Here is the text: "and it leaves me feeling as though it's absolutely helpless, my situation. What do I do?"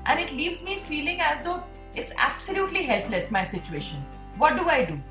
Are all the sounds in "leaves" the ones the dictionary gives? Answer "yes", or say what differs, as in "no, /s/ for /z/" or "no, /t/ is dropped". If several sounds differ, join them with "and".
yes